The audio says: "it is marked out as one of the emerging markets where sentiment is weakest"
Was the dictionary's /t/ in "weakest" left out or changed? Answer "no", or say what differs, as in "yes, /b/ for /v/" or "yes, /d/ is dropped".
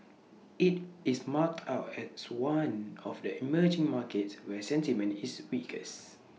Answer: yes, /t/ is dropped